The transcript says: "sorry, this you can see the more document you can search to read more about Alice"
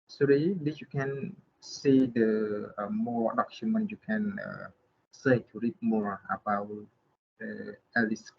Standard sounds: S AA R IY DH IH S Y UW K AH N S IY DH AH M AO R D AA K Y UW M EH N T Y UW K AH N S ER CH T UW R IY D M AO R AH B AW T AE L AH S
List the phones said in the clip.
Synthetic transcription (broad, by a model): S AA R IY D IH Y UW K AH N S IY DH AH M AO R D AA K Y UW M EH N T Y UW K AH N S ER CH T UW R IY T M AO R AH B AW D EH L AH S